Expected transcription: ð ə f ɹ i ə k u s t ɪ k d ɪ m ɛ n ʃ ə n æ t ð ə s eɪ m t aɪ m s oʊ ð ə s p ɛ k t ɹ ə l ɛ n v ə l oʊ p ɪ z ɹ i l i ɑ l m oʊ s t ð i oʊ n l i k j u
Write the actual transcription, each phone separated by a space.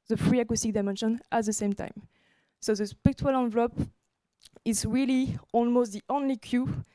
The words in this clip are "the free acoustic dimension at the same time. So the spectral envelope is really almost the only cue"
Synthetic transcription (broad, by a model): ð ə f ɹ i ə k u s t ɪ k d ɪ m ɛ n ʃ ə n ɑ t ð ə s eɪ m t aɪ m s oʊ ð ə s p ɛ k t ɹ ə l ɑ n v l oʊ p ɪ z ɹ i l i ɑ l m oʊ s t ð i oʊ n l i k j u